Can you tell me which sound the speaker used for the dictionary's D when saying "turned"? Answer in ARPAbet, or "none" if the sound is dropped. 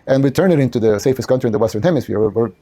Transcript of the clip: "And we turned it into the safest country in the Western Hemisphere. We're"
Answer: none